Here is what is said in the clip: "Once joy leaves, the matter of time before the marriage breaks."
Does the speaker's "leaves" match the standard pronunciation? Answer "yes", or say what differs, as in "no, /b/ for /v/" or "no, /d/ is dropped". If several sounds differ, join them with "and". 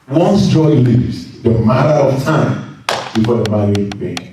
no, /v/ is dropped